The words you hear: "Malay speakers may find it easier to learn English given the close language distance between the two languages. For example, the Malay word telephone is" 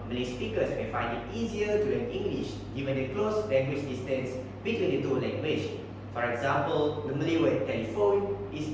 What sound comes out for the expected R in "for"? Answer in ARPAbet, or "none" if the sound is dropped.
R